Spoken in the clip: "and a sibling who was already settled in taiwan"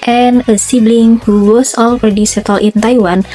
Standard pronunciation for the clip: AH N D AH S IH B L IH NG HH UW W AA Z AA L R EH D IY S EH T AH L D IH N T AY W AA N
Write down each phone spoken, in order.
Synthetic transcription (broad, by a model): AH N AH S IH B L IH NG HH UW W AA S AA L R EH D IY S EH T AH L IH N T AY W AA N